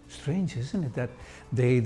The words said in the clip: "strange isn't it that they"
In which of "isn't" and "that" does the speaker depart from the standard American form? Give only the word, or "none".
none